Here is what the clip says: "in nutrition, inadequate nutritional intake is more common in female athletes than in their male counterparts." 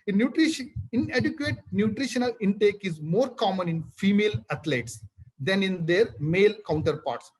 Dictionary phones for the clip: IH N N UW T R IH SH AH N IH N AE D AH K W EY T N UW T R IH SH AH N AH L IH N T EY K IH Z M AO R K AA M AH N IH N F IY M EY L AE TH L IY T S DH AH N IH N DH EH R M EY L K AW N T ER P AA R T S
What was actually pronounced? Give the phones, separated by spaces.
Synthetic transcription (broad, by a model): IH N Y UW T R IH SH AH N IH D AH K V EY T N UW T R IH SH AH N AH L IH N T EY K IH Z M AO R K AA M AH N IH N F IY M EY L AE T L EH T S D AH N IH N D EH R M EY L K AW N T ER P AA R T S